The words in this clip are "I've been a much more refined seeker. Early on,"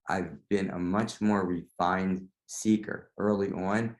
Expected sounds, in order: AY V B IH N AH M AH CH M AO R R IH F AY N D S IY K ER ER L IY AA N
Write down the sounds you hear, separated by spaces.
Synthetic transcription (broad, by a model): AY V B IH N AH M AH CH M AO R R IH F AY N D S IY K ER ER L IY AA N